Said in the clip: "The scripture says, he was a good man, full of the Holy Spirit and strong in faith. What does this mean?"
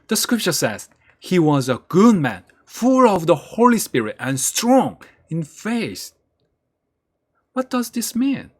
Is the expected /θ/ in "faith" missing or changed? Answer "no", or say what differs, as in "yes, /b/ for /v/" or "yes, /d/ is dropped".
yes, /s/ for /θ/